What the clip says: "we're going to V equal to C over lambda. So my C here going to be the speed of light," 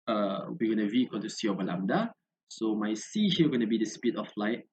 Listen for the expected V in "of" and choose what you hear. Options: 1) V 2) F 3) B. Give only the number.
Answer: 2